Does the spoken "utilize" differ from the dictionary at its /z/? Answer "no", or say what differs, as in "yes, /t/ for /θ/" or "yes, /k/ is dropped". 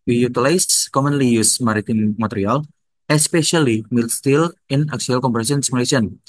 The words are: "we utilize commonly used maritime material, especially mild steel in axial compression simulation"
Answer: yes, /s/ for /z/